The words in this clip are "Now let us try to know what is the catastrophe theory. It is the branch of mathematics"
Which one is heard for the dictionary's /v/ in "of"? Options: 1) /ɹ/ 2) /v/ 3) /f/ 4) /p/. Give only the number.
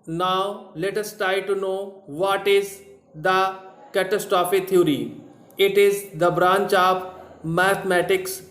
4